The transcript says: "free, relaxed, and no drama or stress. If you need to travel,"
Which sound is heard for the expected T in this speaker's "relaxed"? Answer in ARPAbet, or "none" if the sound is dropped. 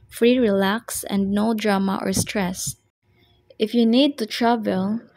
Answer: none